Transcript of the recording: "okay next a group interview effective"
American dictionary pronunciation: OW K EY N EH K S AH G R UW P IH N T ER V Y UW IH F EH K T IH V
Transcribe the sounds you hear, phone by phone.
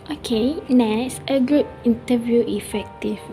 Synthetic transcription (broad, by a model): OW K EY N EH S AH G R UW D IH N T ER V Y UW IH F EH K T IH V